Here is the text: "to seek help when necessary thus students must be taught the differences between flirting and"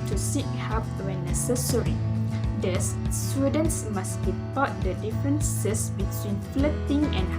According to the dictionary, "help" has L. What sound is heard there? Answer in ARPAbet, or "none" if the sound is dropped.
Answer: none